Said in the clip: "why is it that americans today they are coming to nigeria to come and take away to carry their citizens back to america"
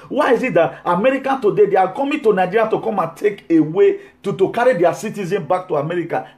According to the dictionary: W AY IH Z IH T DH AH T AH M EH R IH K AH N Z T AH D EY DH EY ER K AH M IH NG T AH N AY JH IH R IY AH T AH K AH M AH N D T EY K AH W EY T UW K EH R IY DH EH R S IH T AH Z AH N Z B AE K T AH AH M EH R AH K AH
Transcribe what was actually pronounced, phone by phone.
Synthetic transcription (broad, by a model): W AY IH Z IH T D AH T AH M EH R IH K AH N T AH D EY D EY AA K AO M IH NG T AH N AY JH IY R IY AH T AH K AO M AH N T EY K AH W EY T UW K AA R IY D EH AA S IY T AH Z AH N B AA K T AH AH M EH R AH K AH